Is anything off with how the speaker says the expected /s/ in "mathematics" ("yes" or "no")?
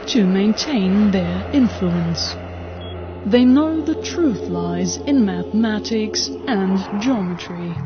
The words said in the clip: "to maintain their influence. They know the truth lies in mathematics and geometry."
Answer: no